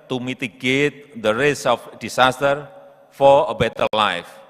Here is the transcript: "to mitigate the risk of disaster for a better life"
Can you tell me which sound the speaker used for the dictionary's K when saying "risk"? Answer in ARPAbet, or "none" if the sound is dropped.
none